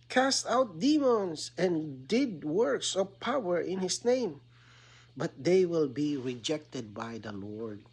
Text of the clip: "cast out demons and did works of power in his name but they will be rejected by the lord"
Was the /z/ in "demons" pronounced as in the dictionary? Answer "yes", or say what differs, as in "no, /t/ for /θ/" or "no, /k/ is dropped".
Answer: no, /s/ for /z/